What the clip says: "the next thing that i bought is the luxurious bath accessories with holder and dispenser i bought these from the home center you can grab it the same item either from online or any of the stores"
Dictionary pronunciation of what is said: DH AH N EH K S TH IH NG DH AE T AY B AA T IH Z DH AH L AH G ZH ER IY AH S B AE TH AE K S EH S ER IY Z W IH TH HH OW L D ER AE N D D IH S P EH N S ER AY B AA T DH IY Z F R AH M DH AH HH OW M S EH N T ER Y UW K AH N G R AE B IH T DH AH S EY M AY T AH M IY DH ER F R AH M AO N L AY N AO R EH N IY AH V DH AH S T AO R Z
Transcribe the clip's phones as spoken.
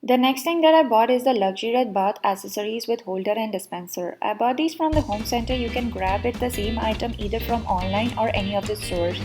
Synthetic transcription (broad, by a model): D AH N EH K S T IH NG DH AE T AY B AA T IH Z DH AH L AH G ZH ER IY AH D B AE T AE S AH S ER IY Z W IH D HH OW L D ER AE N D D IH S P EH N S ER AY B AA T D IY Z F R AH M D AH HH OW M S EH N T ER Y UW K AH N G R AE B IH T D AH S EY M AY T AH M IY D ER F R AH M AO N L AY N AO R EH N IY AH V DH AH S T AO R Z